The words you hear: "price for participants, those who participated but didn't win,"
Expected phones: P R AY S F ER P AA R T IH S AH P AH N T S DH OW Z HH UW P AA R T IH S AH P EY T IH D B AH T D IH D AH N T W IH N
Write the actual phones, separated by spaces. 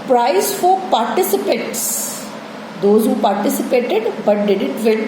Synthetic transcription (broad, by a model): P R AY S F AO P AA R T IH S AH P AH T S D OW Z HH UW P AA R T IH S AH P EY T IH D B AH T D IH D AH N T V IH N